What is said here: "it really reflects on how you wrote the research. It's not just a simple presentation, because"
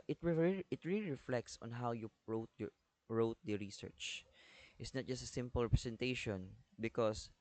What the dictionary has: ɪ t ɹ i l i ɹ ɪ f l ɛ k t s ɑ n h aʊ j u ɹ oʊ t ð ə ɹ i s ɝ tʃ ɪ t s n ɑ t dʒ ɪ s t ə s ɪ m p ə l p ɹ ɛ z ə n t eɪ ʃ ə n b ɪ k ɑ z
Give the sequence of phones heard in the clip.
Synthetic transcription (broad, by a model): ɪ t ɹ i l i ɹ ɪ f l ɛ k t s ɑ n h aʊ j u ɹ oʊ t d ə ɹ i s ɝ tʃ ɪ t s n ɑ t dʒ ɪ s t ə s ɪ m p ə l p ɹ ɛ s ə n t eɪ ʃ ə n b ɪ k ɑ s